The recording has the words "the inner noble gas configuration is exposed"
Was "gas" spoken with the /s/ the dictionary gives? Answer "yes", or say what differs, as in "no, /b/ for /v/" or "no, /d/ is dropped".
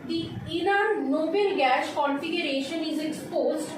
no, /ʃ/ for /s/